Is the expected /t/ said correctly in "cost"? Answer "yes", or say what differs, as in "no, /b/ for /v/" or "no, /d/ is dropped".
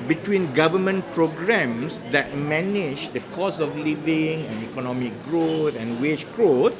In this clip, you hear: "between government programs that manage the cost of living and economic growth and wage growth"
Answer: no, /t/ is dropped